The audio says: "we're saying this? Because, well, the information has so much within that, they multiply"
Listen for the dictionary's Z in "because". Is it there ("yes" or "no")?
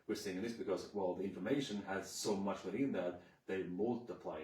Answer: yes